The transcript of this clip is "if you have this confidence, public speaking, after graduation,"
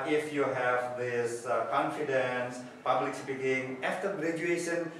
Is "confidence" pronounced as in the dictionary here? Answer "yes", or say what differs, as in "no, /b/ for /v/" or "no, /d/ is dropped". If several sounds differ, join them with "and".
yes